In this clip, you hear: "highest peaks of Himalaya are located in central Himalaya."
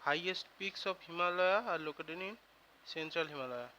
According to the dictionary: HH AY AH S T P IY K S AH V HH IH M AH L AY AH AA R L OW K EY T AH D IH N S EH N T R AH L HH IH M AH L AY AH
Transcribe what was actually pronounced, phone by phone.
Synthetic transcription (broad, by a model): HH AY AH S T P IY K S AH P HH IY M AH L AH AA R L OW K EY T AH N IH N S EH N T R AH L HH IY M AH L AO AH